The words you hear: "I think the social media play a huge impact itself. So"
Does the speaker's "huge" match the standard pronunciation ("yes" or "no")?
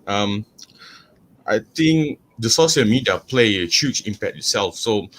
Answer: no